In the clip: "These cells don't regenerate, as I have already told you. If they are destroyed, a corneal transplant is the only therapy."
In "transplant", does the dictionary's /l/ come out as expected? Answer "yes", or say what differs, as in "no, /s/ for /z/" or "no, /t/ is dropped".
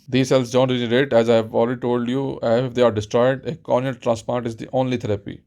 no, /l/ is dropped